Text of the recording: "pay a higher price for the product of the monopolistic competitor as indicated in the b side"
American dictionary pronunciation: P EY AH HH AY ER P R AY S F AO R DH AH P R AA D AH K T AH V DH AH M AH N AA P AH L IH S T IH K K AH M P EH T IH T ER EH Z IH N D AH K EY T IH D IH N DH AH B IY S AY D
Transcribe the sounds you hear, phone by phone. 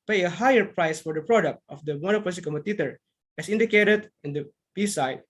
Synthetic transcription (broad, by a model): P EY AH HH AY ER P R AY S F AO R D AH P R AA D AH K T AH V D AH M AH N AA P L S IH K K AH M EH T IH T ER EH S IH N D AH K EY T IH D IH N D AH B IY S AY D